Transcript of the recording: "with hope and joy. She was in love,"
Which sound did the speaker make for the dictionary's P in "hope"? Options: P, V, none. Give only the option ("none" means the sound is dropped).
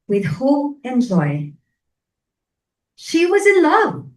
none